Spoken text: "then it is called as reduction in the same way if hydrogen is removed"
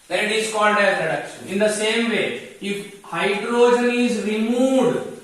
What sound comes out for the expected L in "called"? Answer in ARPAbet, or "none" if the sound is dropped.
N